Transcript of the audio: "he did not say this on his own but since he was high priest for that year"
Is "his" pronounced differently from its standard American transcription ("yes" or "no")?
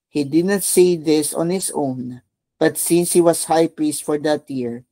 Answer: yes